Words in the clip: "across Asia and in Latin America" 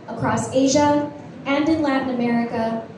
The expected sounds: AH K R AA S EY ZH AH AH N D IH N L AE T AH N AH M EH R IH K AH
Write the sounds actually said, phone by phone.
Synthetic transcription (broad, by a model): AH K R AA S EY ZH AH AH N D IH N L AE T N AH M EH R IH K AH